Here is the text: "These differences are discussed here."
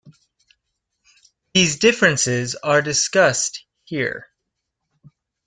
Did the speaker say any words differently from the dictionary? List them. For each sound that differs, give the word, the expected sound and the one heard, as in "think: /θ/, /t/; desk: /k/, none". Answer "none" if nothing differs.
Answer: none